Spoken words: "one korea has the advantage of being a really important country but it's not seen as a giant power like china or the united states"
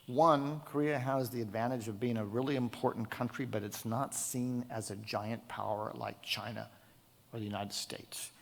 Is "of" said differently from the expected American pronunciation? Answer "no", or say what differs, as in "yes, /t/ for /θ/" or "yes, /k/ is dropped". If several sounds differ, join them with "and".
no